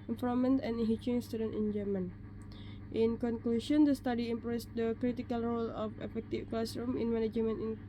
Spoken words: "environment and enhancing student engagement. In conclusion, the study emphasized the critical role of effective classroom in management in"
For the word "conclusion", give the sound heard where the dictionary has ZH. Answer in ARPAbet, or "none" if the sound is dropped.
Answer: SH